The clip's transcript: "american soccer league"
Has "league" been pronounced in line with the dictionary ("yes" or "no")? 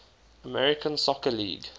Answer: yes